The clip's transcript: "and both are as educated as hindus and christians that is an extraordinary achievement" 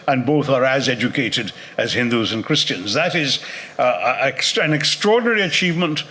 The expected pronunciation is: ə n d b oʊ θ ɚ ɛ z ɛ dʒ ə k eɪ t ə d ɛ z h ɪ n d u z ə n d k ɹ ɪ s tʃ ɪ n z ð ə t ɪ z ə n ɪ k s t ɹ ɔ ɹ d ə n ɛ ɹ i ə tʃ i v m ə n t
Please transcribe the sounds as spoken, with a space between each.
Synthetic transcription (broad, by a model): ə n b oʊ θ ɚ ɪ z ɛ dʒ ə k eɪ t ə d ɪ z h ɪ n d u z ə n k ɹ ɪ s tʃ ɪ n z ð ə t ɪ z ə n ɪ k s t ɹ ɔ ɹ d n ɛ ɹ i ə tʃ i v m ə n t